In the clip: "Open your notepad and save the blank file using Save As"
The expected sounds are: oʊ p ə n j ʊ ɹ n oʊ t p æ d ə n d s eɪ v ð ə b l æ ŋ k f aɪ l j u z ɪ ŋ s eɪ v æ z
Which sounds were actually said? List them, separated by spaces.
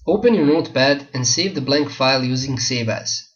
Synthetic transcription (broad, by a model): oʊ p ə n j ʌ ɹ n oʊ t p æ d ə n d s eɪ v ð ə b l æ ŋ k f aɪ l j u z ɪ ŋ s eɪ v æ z